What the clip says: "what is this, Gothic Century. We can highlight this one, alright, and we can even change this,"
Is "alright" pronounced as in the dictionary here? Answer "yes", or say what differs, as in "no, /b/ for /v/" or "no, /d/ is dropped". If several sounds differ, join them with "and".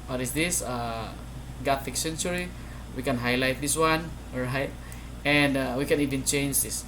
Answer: no, /l/ is dropped